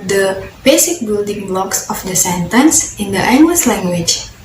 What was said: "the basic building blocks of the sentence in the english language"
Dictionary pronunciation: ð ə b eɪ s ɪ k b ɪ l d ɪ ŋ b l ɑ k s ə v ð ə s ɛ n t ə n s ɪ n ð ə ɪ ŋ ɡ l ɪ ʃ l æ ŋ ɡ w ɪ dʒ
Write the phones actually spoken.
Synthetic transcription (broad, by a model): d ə b eɪ s ɪ k b ɪ l d ɪ ŋ b l ɑ k s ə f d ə s ɛ n t ə n s ɪ n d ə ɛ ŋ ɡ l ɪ s l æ ŋ ɡ w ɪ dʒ